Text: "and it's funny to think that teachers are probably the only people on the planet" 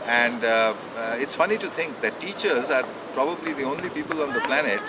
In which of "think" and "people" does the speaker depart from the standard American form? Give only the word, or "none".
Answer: think